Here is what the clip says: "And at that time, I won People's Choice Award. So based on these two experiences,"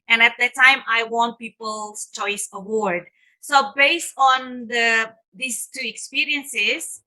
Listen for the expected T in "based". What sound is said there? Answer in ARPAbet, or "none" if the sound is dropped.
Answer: T